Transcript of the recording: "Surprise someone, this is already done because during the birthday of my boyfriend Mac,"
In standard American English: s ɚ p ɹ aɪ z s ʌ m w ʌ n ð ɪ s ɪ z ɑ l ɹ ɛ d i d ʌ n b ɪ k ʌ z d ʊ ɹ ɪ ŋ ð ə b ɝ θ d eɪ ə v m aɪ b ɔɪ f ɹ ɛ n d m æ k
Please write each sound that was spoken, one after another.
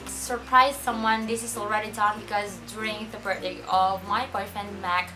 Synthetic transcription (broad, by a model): s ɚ p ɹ aɪ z s ʌ m w ʌ n ð ɪ s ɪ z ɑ l ɹ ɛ d i d ʌ n b ɪ k ʌ z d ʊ ɹ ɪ ŋ ð ə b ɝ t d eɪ ə v m aɪ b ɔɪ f ɛ n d m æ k